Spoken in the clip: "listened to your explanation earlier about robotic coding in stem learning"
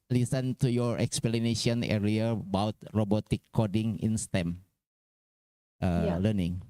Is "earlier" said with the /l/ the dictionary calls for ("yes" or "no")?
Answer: no